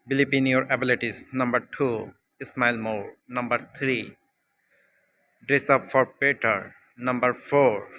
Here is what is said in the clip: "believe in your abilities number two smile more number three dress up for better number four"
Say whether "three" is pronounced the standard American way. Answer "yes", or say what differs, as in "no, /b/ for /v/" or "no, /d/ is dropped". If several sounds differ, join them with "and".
no, /t/ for /θ/